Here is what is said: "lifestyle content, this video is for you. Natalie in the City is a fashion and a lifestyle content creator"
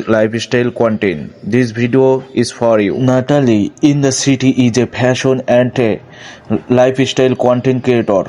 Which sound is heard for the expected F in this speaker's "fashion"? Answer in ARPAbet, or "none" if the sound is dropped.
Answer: P